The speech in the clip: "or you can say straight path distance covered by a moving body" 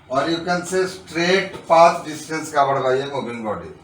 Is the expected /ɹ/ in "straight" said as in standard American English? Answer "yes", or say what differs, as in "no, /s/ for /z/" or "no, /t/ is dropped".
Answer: yes